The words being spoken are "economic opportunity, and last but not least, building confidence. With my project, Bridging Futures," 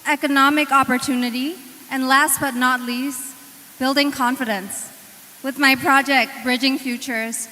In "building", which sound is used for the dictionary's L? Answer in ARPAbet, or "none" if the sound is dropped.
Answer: L